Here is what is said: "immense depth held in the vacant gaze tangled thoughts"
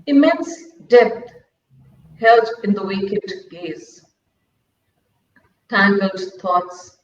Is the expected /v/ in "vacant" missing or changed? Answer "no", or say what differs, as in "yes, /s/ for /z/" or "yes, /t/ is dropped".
yes, /w/ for /v/